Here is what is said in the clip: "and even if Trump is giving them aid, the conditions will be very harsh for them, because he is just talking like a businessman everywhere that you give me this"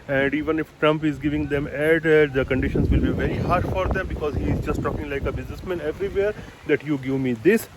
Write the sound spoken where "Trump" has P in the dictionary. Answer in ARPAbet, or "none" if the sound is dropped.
P